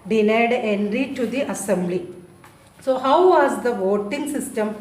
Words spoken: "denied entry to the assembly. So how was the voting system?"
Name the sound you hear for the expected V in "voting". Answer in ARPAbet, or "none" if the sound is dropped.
V